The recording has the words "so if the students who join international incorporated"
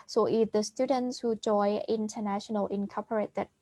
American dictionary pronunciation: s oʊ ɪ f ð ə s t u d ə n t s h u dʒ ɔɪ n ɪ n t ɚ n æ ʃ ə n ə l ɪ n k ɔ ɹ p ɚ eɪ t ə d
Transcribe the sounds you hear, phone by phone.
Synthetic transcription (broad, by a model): s oʊ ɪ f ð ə s t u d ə n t s h u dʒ ɔɪ ɪ n t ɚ n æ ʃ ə n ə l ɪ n k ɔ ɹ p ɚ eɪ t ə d